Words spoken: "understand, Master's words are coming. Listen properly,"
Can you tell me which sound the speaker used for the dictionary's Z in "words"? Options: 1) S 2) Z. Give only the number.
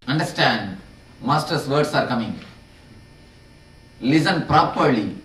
1